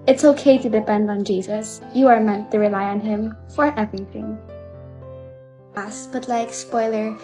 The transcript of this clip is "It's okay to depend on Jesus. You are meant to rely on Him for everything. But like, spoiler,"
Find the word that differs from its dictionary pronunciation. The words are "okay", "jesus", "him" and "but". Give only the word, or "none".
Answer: none